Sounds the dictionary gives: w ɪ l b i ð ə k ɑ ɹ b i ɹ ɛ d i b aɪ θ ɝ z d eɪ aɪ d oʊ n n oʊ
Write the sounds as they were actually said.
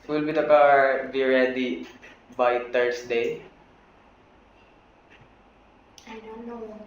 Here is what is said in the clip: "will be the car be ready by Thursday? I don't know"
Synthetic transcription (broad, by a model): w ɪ l b i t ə k ɑ ɹ b i ɹ ɛ d i b aɪ t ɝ s d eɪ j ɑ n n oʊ